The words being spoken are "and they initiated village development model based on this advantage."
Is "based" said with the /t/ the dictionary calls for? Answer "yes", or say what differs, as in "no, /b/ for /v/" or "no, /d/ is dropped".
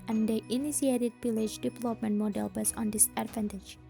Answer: no, /t/ is dropped